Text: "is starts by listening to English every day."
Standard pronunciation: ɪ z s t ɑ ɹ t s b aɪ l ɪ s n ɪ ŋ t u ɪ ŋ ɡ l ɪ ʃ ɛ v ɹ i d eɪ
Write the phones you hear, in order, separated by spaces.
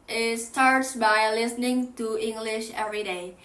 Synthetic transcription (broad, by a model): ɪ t s t ɑ ɹ t s b aɪ l ɪ s n ɪ ŋ t u ɪ ŋ ɡ l ɪ ʃ ɛ v ɹ i d eɪ